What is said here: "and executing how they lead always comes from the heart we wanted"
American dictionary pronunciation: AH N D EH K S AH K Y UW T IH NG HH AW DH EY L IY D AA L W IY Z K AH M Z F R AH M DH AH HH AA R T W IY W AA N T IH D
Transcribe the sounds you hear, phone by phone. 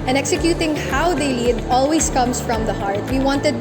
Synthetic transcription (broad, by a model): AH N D EH K S AH K Y UW T IH NG HH AW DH EY L IY D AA L W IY S K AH M S F R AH M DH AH HH AA R T W IY W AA N T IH D